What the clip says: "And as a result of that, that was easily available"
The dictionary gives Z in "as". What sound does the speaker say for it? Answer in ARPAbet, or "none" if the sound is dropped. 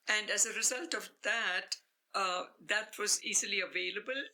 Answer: Z